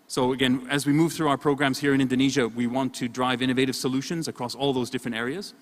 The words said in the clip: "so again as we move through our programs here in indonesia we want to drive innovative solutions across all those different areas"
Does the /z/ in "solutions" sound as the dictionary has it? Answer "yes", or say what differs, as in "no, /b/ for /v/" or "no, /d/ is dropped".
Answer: yes